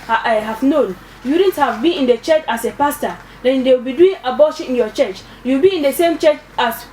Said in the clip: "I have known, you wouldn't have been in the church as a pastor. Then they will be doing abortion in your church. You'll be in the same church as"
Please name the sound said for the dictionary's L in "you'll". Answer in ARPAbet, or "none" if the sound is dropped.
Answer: W